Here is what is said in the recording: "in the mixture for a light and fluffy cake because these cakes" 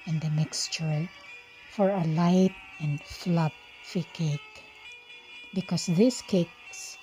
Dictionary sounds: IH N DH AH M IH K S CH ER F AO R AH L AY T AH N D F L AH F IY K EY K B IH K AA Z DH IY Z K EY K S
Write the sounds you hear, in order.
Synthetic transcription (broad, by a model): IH N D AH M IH K S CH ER F AO R AH L AY T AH N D F L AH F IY K EY K B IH K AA S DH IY S K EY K S